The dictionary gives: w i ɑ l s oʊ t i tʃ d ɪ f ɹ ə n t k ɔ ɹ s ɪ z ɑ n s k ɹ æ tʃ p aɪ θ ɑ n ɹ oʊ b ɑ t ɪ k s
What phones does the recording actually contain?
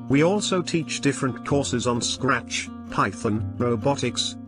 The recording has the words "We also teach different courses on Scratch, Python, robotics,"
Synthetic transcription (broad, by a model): w i ɑ l s oʊ t i tʃ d ɪ f ɹ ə n k ɔ ɹ s ɪ z n s k ɹ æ tʃ p aɪ θ ɑ n ɹ oʊ b ɑ t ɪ k s